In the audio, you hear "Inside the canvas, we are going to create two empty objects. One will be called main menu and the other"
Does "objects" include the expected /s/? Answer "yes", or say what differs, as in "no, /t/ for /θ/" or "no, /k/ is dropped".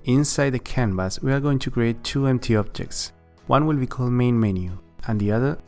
yes